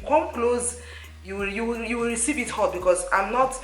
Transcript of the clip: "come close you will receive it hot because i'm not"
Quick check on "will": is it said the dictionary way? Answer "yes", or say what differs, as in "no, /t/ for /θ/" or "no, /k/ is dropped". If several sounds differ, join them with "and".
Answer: no, /w/ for /l/